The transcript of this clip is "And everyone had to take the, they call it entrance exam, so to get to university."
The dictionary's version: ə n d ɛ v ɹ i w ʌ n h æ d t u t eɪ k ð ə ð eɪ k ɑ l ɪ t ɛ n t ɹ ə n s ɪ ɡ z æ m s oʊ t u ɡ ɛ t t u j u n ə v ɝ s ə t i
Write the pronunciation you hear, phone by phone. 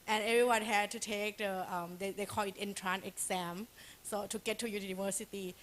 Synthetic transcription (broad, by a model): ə n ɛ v ɹ i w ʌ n h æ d t u t eɪ k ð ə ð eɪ k ɑ l ɪ t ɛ n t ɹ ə n ɪ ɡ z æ m s oʊ t u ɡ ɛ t t u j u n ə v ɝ s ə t i